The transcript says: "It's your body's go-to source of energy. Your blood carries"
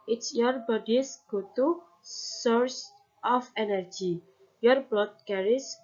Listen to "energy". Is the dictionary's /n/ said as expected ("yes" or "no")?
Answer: yes